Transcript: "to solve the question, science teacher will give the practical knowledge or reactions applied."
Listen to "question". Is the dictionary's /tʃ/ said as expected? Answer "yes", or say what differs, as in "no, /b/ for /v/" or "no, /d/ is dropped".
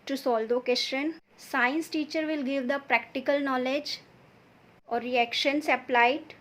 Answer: no, /ʃ/ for /tʃ/